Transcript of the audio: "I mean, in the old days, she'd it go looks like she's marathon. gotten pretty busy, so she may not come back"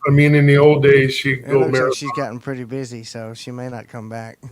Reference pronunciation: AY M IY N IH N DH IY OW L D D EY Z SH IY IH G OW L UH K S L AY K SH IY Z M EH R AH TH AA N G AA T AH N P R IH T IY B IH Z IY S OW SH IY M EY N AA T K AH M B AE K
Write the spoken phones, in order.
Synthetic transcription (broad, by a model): AY M IY N IH N DH IY OW L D D EY Z SH IY G OW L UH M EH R SH IY Z G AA T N P R IH T IY B IH Z IY S OW SH IY M EY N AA T K AH M B AE K